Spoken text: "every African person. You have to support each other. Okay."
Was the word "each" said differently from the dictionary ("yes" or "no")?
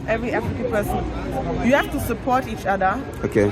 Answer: no